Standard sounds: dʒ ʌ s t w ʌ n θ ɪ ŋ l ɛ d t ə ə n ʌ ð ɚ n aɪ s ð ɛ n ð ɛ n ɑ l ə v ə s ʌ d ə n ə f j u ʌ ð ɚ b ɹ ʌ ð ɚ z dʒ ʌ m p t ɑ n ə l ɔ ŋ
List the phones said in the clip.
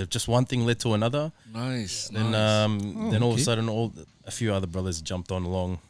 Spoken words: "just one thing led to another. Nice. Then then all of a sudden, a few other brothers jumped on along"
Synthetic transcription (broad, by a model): dʒ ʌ s t w ʌ n θ ɪ ŋ l ɛ d t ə ə n ʌ ð ɚ n aɪ s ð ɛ n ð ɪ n ɑ l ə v ə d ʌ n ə l ə f j u ʌ ð ɚ b ɹ ʌ ð ɚ z dʒ ʌ m p t n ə l ɔ ŋ